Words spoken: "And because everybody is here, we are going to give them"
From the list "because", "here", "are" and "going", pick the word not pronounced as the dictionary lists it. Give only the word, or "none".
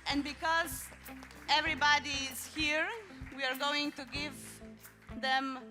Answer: none